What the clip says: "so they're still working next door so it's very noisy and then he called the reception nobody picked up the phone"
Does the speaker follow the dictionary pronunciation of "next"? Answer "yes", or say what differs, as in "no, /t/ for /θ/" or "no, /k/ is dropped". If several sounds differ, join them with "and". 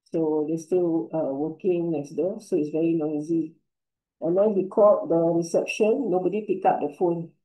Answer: no, /l/ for /n/